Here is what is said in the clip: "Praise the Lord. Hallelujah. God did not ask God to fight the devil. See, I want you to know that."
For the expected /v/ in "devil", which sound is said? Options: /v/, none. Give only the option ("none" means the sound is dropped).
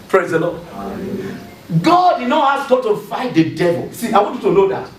/v/